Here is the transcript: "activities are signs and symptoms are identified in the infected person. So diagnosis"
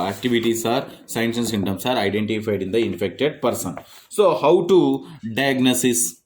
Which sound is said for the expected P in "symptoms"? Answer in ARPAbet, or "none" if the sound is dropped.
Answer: none